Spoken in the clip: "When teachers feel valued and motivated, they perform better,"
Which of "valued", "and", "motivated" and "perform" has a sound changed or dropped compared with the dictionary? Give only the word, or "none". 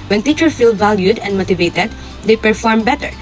none